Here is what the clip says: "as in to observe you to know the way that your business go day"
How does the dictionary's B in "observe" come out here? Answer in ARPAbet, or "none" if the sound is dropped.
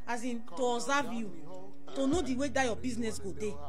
none